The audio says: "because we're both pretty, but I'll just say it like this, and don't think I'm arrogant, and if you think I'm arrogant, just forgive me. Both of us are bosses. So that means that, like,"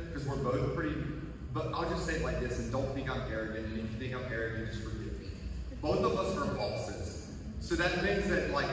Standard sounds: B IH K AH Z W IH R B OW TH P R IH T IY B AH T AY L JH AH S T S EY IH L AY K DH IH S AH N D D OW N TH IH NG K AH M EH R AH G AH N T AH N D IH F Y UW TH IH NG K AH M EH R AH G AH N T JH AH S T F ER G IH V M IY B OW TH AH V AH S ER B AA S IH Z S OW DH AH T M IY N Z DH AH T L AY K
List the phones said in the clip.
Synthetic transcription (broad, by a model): K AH Z W IH R B OW TH P R IH T IY B AH T AY L JH AH S T S EY IH L AY K DH IH S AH N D D OW N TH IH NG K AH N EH R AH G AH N AH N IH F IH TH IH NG AH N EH R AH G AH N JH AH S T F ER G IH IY B OW TH AH V AH S ER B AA S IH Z S OW DH AH T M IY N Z DH AH T L AY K